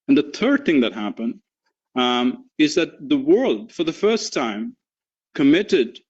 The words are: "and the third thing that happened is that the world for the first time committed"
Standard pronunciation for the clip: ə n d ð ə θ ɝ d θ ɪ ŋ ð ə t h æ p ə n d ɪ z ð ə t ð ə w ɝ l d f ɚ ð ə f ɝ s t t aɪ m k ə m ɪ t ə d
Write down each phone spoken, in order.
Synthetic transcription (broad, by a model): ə n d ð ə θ ɝ d θ ɪ ŋ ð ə t h æ p ə n d ɪ z ð ə t ð ə w ɝ l d f ɚ ð ə f ɝ s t t aɪ m k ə m ɪ t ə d